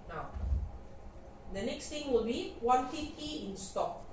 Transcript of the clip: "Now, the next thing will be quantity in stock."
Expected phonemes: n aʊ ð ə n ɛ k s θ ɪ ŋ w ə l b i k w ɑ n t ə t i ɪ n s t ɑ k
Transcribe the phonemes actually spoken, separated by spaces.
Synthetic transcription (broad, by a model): n aʊ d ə n ɛ k s t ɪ ŋ w ə l b i w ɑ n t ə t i ɪ n s t ɑ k